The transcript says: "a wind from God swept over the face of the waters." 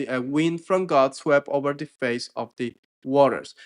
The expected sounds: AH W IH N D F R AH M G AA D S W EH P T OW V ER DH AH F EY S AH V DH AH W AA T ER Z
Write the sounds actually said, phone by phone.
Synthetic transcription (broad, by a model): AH W IH N D F R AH M G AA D S W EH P OW V ER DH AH F EY S AH V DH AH W AA T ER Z